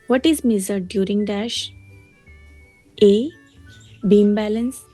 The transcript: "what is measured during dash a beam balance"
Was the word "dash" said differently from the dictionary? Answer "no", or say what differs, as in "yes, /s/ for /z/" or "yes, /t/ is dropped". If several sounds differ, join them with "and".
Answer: no